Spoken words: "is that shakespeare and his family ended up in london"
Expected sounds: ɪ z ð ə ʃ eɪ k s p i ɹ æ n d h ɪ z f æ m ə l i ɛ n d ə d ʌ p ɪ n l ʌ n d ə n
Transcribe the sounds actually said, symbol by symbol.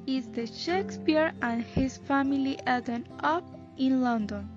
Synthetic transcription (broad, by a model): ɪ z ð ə ʃ eɪ k s p i ɹ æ n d h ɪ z f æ m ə l i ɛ d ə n ʌ p ɪ n l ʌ n d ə n